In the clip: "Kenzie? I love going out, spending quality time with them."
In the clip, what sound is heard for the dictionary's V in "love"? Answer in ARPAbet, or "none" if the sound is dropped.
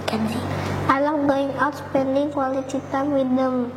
W